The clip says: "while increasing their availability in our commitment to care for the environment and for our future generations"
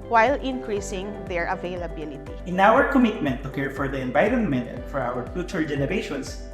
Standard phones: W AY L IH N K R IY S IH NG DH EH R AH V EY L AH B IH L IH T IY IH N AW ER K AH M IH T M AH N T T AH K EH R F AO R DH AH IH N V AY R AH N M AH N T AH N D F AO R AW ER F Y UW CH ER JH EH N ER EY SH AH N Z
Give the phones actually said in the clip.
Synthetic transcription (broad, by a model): W AY L IH N K R IY S IH NG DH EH R AH V EY L AH B IH L IH T IY IH N AW ER K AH M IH T M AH N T T AH K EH R F AO R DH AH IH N B AY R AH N M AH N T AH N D F AO R AW ER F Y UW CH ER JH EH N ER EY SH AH N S